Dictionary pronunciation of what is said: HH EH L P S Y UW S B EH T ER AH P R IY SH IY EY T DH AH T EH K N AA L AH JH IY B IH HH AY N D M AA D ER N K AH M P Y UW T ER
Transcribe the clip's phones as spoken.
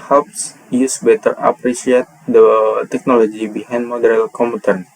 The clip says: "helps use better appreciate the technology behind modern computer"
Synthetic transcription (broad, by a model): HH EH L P S Y UW S B EH T ER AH P R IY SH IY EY T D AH T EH K N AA L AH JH IY B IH HH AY N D M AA D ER L K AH M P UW T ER